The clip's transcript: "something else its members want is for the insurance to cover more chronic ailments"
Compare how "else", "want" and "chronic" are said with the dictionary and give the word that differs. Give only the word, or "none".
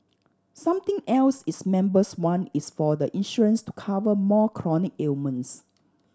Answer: want